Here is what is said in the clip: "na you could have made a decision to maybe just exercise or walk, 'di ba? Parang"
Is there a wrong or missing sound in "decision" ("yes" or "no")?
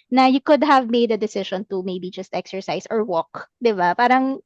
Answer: yes